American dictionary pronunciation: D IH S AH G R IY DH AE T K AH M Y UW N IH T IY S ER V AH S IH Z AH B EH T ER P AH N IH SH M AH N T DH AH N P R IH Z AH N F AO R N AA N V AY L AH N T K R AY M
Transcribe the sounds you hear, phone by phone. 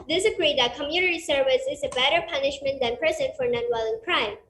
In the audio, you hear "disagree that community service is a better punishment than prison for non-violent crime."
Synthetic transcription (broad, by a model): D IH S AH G R IY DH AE T K AH M Y UW N IH T IY S ER V AH S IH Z AH B EH T ER P AH N IH SH M AH N T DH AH N P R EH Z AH N F AO R N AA N W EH L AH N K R AY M